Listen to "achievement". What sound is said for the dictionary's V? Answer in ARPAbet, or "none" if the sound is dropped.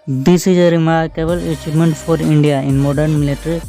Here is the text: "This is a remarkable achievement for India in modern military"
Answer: P